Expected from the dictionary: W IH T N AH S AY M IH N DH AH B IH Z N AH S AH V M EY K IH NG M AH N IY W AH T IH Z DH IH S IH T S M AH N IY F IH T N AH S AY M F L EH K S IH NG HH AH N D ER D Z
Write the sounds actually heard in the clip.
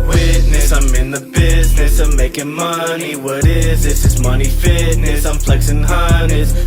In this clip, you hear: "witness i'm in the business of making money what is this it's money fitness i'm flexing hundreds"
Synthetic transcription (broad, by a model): W IH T N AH S AY M IH N DH AH B IH Z N AH S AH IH M EY K IH NG M AH N IY W AH T IH Z DH IH S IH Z M AH N IY F IH T N AH S AY M F L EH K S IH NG HH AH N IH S